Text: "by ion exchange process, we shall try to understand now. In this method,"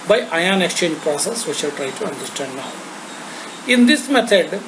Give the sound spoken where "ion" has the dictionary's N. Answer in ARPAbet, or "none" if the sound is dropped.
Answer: N